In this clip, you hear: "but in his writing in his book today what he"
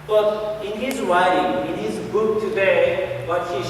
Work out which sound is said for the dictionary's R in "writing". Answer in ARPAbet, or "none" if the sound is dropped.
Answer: W